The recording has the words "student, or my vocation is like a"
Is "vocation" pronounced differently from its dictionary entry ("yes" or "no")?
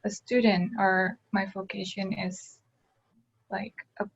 no